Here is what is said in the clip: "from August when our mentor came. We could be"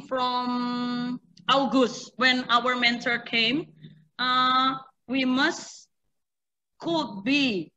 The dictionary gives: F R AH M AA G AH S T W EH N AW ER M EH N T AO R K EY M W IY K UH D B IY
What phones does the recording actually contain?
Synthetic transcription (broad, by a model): F R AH M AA G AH S T W EH N AW ER M EH N T AO R K EY M W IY K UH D B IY